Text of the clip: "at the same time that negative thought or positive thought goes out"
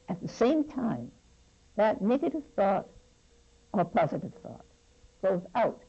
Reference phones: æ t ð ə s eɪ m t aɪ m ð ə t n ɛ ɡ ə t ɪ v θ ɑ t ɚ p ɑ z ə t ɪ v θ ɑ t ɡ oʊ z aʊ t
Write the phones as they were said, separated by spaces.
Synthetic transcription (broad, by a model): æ t ð ə s eɪ m t aɪ m ð ə t n ɛ ɡ ə t ɪ v θ ɑ t ɚ p ɑ z ə t ɪ v θ ɑ t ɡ oʊ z aʊ t